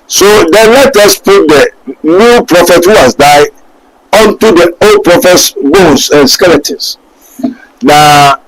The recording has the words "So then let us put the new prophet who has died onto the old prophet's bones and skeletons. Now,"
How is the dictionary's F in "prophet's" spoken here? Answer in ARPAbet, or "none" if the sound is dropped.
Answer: F